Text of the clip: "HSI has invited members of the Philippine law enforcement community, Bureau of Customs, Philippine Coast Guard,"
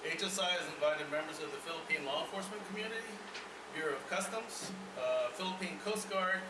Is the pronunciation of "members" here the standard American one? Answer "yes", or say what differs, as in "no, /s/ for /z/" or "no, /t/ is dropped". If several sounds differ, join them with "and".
yes